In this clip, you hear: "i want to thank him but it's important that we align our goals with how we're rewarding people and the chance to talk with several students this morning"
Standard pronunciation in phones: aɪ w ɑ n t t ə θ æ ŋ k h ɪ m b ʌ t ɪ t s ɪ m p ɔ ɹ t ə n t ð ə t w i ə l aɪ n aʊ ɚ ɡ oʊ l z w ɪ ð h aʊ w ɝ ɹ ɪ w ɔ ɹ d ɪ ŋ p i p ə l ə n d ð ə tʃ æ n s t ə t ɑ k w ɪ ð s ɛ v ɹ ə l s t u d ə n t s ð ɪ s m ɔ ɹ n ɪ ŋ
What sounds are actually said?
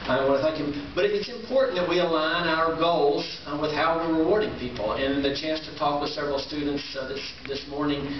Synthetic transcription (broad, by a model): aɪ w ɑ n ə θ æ ŋ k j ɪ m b ʌ t ɪ t s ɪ m p ɔ ɹ t n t ð ə t w i ə l aɪ n aʊ ɚ ɡ oʊ l z w ɪ ð h aʊ w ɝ ɹ ɪ w ɔ ɹ d ɪ ŋ p i p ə l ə n ð ə tʃ æ n s t ə t ɑ k w ɪ ð s ɛ v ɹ l s t u d n t s ð ɪ s m ɔ ɹ n ɪ ŋ